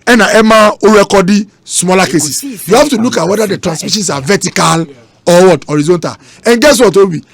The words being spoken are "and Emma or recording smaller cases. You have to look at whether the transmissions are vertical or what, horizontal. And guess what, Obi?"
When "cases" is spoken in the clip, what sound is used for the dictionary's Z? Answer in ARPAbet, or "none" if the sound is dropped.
S